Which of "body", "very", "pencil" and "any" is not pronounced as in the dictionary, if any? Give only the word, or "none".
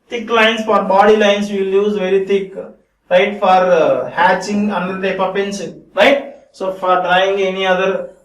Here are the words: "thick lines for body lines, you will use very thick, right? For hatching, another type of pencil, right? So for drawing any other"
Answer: pencil